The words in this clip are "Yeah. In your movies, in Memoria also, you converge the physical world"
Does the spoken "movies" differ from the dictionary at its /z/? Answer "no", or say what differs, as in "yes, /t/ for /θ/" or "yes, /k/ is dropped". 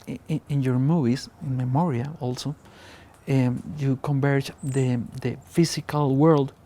yes, /s/ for /z/